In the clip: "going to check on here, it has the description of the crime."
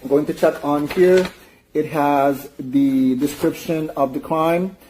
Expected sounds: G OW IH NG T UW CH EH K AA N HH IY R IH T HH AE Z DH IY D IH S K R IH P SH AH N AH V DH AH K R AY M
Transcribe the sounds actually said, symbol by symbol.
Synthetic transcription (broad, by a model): G OW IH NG T UW CH EH K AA N HH IY R IH T HH AE Z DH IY D IH S K R IH P SH AH N AH V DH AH K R AY M